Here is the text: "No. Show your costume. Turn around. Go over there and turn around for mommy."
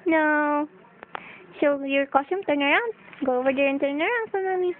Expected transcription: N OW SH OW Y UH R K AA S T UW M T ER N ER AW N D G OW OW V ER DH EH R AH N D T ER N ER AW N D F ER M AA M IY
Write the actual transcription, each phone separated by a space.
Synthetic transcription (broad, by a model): N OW S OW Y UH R K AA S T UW M T ER N ER AW N D G OW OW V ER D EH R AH N T ER N ER AW N D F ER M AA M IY